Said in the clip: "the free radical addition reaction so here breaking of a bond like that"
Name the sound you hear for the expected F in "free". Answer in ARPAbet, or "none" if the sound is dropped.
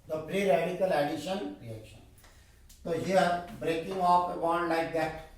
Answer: P